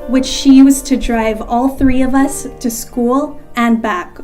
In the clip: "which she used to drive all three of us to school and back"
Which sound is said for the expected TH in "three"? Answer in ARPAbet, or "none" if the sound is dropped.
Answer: TH